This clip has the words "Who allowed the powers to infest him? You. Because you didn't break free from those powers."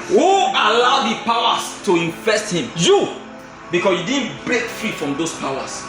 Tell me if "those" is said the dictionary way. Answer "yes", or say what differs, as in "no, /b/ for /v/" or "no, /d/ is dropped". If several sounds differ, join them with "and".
no, /s/ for /z/